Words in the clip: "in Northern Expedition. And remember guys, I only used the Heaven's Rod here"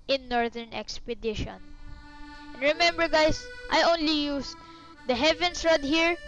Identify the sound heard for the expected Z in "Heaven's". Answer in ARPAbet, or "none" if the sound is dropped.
S